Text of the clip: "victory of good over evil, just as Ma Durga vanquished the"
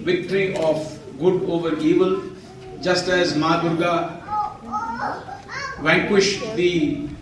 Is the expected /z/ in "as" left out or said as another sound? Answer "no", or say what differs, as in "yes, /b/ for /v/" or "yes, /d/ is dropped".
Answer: no